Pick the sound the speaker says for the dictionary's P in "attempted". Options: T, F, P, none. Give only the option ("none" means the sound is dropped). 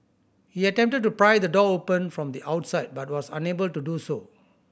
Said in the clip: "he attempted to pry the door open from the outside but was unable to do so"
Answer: P